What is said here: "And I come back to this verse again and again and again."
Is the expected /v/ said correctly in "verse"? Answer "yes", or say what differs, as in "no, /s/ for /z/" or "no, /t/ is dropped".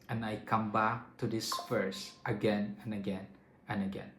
no, /f/ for /v/